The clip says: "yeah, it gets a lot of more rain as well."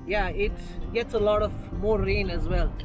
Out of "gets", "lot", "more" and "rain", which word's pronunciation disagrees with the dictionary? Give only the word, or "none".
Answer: none